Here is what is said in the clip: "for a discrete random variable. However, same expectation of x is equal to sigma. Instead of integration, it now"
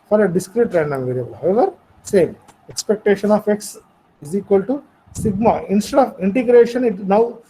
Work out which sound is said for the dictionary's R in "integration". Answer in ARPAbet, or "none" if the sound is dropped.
R